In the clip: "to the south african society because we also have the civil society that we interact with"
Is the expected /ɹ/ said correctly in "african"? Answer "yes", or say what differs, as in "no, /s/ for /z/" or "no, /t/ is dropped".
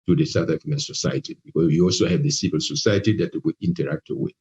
no, /ɹ/ is dropped